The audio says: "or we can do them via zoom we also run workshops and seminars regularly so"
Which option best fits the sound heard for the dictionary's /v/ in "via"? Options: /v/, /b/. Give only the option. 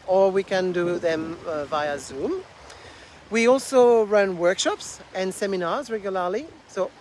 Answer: /v/